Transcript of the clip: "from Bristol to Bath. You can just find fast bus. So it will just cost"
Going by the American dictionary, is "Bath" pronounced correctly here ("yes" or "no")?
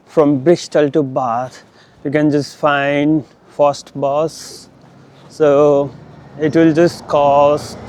no